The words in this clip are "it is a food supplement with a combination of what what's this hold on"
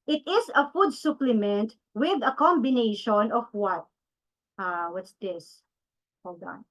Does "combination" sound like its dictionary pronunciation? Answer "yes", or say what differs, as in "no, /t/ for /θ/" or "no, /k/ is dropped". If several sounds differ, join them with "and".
yes